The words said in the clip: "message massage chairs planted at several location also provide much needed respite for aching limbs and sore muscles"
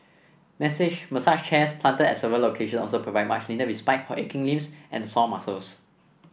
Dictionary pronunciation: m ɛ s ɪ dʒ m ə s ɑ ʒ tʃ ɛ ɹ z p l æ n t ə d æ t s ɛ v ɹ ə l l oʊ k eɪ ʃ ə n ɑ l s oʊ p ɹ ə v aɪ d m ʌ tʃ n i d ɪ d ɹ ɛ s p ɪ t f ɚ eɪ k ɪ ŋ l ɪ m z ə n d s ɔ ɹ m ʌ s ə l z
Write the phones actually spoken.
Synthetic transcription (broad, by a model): m ɛ s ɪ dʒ m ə s ɑ ʃ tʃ ɛ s p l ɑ n t ə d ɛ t s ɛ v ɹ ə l l oʊ k eɪ ʃ ə n ɑ l s oʊ p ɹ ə v aɪ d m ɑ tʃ l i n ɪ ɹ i s p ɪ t f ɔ eɪ k ɪ ŋ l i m s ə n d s ɔ m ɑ s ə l s